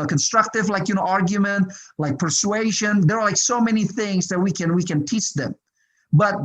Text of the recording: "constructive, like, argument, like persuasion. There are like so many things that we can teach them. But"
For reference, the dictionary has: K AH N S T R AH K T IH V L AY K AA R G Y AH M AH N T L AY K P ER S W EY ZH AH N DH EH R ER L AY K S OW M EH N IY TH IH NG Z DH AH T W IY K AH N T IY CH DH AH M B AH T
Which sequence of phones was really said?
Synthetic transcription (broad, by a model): K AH N S T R AH K T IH V L AY K AA R G Y AH M AH N T L AY K P ER S W EY ZH AH N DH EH R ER L AY K S OW M EH N IY TH IH NG Z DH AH T W IY K AH N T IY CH DH AH M B AH T